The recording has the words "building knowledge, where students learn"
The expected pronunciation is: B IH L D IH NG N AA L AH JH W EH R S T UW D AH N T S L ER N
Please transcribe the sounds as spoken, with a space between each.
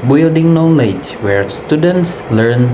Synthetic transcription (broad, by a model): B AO L D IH NG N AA L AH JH W EH R S T UW D AH N T S L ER N